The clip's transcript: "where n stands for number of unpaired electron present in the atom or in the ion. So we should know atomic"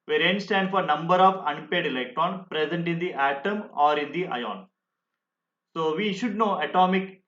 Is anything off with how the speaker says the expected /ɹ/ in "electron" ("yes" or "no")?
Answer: yes